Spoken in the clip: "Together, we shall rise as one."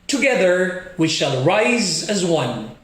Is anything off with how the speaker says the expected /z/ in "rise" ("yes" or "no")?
no